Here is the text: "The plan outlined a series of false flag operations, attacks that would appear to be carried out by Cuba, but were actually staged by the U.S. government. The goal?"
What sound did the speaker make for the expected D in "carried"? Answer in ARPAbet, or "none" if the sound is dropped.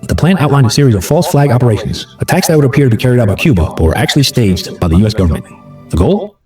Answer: D